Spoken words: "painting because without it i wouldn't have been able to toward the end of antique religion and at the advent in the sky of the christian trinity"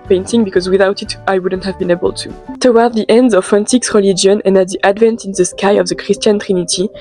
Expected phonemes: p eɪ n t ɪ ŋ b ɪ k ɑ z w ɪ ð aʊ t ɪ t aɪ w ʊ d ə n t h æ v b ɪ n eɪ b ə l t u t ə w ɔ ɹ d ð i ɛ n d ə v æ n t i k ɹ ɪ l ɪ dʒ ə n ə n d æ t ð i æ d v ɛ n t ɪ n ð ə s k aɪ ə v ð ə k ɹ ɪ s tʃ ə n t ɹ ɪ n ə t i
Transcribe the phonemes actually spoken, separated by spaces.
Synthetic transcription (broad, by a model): p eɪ n t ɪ ŋ b ɪ k ɑ z w ɪ ð aʊ t ɪ t aɪ w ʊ d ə n t h æ v b ɪ n eɪ b ə l t u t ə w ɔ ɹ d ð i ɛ n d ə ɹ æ n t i k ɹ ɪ l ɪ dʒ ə n ə n d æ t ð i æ d v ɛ n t ɪ n ð ə s k aɪ ə v ð ə k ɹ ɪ s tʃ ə n t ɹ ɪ n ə t i